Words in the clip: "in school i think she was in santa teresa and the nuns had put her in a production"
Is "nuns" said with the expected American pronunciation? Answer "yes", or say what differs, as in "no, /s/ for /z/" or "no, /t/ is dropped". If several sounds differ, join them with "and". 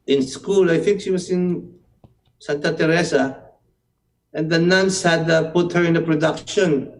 no, /s/ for /z/